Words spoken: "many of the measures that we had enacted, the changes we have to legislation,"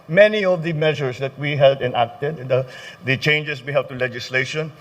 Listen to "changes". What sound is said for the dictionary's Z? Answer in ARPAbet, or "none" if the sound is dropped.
S